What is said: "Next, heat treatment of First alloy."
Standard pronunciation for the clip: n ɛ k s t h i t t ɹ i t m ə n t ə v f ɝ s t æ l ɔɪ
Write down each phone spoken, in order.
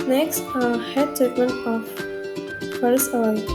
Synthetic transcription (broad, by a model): n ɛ k s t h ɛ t t ɹ i t m ə n t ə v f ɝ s ɔ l